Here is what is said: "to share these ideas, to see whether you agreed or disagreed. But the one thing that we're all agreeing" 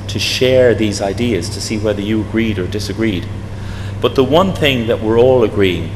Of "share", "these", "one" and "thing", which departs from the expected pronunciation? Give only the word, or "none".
none